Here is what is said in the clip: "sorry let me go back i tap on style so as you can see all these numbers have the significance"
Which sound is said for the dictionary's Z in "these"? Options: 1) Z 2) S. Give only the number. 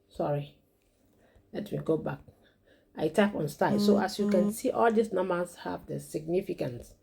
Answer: 2